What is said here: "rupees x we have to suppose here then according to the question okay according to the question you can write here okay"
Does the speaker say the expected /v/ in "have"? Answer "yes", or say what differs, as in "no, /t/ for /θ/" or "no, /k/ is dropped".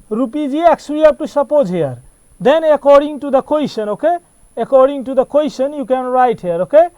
no, /p/ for /v/